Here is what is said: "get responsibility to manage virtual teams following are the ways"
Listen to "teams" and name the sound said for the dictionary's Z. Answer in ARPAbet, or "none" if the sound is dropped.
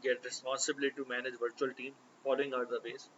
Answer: none